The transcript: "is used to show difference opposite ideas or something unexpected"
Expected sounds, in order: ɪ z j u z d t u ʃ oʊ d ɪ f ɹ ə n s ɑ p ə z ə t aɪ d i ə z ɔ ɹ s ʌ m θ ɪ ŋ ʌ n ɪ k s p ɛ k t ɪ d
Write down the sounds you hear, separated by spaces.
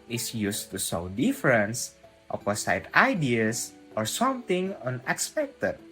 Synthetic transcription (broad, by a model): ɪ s j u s t u s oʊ d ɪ f ɹ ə n s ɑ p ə s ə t aɪ d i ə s ɔ ɹ s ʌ m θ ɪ ŋ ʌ n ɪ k s p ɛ k t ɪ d